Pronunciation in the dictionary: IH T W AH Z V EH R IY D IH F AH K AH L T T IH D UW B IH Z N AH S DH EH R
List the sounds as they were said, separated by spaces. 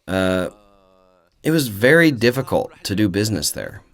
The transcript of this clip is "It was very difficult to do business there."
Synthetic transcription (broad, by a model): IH T W AH Z V EH R IY D IH F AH K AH L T T IH D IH B IH Z N AH S DH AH R